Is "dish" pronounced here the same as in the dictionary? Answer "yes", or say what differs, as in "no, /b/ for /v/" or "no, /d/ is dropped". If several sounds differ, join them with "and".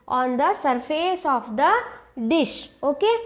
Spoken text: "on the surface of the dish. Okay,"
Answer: yes